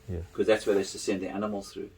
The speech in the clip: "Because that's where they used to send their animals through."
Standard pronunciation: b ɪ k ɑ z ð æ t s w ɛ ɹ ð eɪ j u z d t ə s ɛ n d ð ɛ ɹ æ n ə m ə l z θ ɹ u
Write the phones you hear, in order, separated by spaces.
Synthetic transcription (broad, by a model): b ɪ k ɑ z ð æ t s w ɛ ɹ ð eɪ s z t ə s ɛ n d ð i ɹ æ n ə m ə l z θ ɹ u